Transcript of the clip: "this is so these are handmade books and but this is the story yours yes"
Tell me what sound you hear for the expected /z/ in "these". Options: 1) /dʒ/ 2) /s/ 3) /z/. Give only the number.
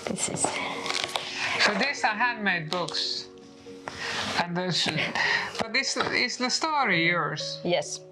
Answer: 2